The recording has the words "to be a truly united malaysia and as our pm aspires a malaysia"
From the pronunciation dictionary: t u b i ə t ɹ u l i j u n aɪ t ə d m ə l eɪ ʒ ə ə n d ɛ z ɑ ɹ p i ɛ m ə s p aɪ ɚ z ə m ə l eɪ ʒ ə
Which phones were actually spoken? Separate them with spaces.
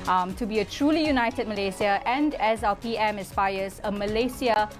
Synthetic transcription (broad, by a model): t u b i ə t ɹ u l i j u n aɪ t ə d m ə l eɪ s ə ə n d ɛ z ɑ l p i ɛ m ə s p aɪ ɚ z ə m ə l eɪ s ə